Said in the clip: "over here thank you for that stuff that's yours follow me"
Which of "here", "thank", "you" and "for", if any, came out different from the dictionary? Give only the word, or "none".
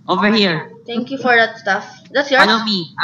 thank